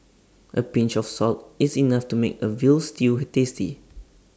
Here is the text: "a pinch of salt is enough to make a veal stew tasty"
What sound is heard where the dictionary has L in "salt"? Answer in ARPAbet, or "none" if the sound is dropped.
L